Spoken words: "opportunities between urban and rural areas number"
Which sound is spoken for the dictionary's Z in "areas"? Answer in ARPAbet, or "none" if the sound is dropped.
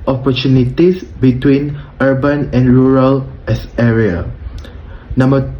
none